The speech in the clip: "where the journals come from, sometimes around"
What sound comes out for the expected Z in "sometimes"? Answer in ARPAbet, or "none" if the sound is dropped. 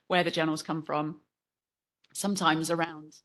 Z